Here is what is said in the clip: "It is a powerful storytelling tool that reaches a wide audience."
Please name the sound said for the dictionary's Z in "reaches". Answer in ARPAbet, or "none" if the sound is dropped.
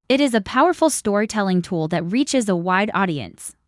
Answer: Z